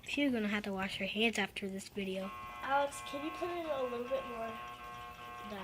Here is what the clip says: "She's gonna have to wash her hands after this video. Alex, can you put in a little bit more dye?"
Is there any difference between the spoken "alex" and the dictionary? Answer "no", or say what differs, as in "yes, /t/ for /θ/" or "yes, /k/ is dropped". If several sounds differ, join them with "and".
yes, /l/ is dropped